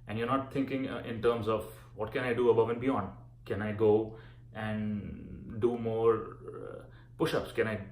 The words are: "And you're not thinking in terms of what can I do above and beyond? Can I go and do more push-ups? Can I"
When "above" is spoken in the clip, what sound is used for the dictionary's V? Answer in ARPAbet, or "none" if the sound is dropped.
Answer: V